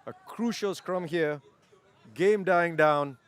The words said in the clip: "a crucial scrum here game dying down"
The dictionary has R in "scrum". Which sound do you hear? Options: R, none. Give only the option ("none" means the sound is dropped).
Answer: R